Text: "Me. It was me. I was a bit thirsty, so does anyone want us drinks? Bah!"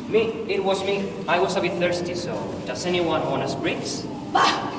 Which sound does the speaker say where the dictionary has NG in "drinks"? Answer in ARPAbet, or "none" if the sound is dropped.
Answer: none